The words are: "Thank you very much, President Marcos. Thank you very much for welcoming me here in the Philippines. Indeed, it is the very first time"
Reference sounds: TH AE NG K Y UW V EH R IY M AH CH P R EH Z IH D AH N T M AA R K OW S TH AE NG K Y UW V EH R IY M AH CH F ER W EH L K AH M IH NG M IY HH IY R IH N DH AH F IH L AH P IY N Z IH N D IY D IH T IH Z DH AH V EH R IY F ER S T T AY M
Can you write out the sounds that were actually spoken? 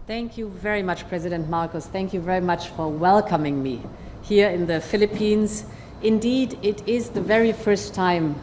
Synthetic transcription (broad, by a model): TH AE NG K Y UW V EH R IY M AH CH P R EH Z IH D AH N T M AA R K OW S TH AE NG K Y UW V EH R IY M AH CH F ER W EH L K AH M IH NG M IY HH IY R IH N DH AH F IH L AH P IY N Z IH N D IY D IH T IH Z DH AH V EH R IY F ER S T T AY M